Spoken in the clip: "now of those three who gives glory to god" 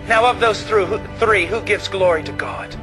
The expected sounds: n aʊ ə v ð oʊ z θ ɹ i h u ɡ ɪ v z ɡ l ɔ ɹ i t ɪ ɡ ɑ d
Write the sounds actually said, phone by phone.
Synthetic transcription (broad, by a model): n aʊ ə v ð oʊ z θ ɹ i h u ɡ ɪ v z ɡ l ɔ ɹ i t ɪ ɡ ɑ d